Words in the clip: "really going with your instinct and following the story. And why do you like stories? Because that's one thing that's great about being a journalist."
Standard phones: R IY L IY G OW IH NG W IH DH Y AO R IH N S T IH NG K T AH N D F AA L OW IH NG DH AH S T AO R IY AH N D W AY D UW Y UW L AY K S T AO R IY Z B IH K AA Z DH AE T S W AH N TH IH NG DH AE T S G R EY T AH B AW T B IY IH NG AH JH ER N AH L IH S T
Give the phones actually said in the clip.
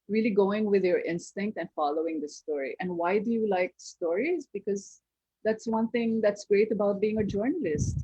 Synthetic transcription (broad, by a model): R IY L IY G OW IH NG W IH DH Y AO R IH N S T IH NG K T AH N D F AA L OW IH NG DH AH S T AO R IY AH N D W AY D UW Y UW L AY K S T AO R IY Z B IH K AA Z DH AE T S W AH N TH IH NG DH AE T S G R EY T AH B AW T B IY IH NG AH JH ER N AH L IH S T